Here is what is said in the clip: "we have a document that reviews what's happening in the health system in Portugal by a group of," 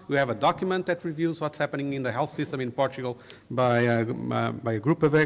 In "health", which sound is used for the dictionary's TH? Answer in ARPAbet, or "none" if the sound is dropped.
TH